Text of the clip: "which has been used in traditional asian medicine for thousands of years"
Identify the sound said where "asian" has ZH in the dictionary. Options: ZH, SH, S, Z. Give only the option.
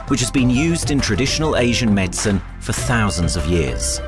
ZH